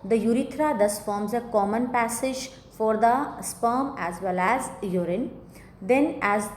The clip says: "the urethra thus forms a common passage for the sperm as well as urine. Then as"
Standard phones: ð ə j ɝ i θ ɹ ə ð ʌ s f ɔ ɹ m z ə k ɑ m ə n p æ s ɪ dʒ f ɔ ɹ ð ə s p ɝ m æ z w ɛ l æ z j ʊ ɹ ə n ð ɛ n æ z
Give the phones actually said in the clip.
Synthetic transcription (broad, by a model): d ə j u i t ɹ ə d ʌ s f ɔ ɹ m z ə k ɑ m ə n p æ s ɪ dʒ f ɔ ɹ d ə s p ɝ m æ z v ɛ l æ z j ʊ ɹ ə n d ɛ n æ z